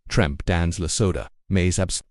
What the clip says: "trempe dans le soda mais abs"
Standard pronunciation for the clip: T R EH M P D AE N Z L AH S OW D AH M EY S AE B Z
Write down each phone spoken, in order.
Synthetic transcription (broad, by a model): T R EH M P D AE N Z L AH S OW D AH M EY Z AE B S